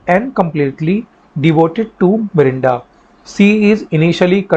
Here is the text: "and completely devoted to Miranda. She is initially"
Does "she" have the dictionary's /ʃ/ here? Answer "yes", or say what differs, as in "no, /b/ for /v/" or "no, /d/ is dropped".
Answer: no, /s/ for /ʃ/